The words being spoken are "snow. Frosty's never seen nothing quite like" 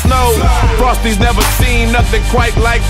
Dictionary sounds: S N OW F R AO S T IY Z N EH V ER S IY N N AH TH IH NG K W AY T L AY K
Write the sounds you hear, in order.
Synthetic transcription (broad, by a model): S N OW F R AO S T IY Z N EH V ER S IY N N AH TH IH NG K W AY T L AY K